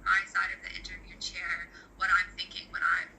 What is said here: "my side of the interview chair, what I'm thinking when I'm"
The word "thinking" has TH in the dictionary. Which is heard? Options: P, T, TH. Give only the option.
TH